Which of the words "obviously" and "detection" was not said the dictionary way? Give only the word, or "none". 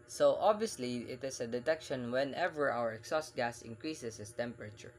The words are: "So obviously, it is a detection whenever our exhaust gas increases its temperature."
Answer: none